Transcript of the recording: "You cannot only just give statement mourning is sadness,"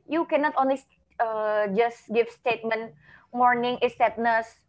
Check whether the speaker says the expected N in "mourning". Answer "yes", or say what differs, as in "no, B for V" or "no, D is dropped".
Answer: yes